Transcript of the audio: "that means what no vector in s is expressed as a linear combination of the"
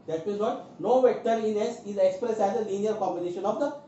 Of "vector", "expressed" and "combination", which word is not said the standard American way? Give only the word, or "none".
none